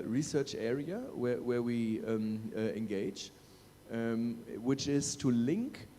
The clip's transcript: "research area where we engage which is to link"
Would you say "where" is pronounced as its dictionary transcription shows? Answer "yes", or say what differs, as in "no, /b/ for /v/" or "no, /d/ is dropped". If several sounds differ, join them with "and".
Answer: no, /w/ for /ɹ/